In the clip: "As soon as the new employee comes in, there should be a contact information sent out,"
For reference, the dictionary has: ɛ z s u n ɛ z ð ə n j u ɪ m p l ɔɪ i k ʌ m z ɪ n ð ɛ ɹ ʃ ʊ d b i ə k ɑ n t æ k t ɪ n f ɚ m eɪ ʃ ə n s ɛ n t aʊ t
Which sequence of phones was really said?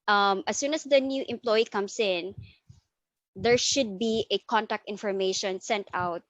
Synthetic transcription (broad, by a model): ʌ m s u n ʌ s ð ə n j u ɪ m p l ɔɪ i k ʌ m s ɪ n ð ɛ ɹ ʃ ʊ d b i ə k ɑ n t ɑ k t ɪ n f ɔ m eɪ ʃ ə n s ɛ n t aʊ t